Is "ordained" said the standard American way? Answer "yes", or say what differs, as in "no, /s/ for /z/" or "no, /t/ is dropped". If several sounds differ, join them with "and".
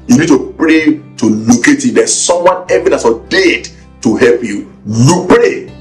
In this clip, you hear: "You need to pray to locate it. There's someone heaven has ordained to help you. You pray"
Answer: no, /n/ is dropped